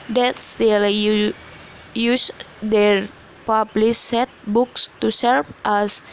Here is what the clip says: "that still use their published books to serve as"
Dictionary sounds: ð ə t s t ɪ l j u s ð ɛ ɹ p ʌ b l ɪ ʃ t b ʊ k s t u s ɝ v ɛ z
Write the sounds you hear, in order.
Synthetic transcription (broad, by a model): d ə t s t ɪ l j u s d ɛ ɹ p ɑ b l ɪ s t b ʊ k s t u s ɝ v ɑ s